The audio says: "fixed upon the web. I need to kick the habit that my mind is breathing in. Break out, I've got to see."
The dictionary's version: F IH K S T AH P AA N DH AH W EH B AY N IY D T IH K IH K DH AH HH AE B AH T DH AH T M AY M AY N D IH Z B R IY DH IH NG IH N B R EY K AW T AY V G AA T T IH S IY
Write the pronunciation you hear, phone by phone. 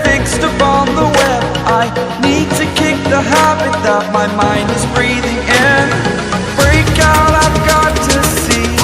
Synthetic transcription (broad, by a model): F IH K S T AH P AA N DH AH W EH AY N IY D T IH K IH K DH AH HH AE B AH T DH AH T M AY M AY N D IH Z B R IY DH IH NG IH N B R EY K AW T AY V G AA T T IH S IY